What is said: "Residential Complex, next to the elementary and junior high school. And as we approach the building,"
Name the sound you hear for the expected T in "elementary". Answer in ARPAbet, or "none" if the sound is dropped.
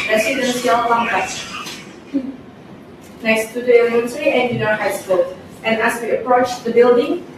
S